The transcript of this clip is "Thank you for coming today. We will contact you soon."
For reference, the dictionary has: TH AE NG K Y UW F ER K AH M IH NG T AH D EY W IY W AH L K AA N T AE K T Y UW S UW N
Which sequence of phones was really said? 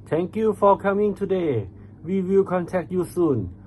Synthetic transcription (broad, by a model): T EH NG K Y UW F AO K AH M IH NG T AH D EY W IY W AH L K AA N T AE K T Y UW S UW N